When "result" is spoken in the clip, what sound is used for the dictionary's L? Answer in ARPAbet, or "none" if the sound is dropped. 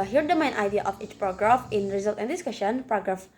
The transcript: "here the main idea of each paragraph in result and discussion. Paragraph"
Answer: L